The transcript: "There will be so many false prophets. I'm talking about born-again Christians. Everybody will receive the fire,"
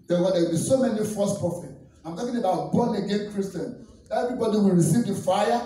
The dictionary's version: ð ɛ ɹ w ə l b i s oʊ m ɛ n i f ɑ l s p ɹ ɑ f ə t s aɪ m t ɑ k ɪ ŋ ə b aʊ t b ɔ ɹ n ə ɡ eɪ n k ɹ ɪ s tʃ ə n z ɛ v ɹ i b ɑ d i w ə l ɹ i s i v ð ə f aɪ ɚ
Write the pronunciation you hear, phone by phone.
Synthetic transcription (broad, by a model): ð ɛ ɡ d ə w b i s oʊ m ɛ n i f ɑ s p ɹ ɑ f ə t aɪ m t ɑ k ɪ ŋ ə b aʊ t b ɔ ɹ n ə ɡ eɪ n k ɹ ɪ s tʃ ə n ɛ v ɹ i b ɑ d i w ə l ɹ i s i v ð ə f aɪ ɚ